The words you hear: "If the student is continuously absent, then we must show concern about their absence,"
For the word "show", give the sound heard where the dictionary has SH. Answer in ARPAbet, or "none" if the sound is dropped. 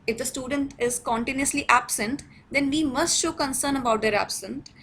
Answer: SH